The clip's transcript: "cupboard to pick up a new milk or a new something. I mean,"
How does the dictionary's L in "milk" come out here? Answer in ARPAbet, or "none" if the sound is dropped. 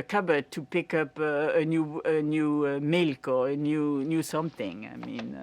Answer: L